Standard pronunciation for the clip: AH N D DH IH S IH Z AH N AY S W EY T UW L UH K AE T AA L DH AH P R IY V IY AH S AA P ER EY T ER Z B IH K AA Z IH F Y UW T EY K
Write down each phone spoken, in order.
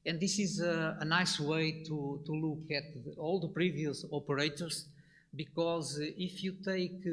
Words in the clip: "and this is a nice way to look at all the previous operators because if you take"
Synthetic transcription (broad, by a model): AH N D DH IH S IH Z AH N AY S W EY T UW L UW K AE T AA L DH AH P R IY V IY AH S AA P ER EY T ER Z B IH K AA Z IH F Y UW T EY K